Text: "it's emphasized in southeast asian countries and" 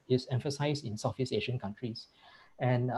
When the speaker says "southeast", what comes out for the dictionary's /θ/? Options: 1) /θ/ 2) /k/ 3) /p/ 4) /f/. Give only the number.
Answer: 4